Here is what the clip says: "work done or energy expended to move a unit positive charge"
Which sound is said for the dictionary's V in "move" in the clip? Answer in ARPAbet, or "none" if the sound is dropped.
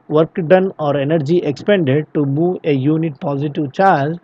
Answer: none